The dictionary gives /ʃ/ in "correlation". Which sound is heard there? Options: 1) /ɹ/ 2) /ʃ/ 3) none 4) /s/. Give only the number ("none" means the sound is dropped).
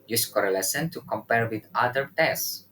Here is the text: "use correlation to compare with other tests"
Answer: 4